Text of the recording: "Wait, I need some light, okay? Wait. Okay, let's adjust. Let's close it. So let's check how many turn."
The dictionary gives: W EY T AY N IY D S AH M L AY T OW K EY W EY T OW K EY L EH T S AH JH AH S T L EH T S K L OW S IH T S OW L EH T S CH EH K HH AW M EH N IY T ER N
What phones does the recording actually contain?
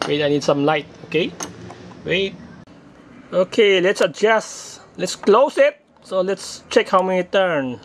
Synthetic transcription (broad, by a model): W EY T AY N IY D S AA M L AY T OW K EY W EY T OW K EY L EH T S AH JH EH S L EH T S K L OW S IH T S OW L EH T S CH EH K HH AW M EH IY T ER N